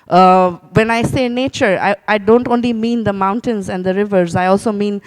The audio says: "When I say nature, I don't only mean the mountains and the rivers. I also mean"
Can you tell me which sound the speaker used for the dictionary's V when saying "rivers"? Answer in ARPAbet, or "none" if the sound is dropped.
V